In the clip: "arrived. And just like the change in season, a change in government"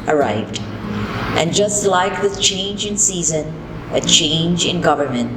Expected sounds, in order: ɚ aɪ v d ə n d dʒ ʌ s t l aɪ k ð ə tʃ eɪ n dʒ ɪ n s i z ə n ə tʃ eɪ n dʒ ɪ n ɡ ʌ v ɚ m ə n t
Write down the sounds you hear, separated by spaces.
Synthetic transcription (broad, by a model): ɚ aɪ v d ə n dʒ ʌ s t l aɪ k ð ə tʃ eɪ n dʒ ɪ n s i z ə n ə tʃ eɪ n dʒ ɪ n ɡ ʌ v ɚ m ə n t